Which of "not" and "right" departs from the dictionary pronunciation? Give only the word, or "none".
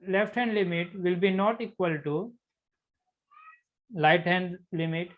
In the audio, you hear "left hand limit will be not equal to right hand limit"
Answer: right